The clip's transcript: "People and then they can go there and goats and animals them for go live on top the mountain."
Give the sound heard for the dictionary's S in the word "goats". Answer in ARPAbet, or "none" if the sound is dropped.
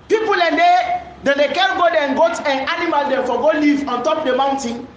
none